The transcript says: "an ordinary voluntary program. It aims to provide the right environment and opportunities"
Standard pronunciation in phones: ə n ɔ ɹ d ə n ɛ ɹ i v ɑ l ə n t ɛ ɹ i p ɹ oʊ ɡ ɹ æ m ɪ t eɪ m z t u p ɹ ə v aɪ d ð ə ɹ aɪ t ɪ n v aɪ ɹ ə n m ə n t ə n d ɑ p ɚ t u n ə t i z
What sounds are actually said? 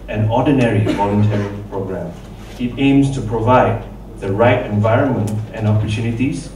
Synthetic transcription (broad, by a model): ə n ɔ d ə n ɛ ɹ i v ɑ l ə n t ɛ ɹ i p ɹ oʊ ɡ ɹ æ m ɪ t eɪ m s t u p ɹ ə v aɪ d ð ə ɹ aɪ t ɪ n v aɪ ɹ ə n m ə n t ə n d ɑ p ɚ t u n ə t i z